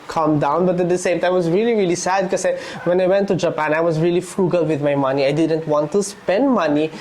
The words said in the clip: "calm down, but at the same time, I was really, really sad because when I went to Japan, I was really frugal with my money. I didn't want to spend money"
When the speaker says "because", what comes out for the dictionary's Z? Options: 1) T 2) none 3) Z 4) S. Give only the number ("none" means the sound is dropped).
2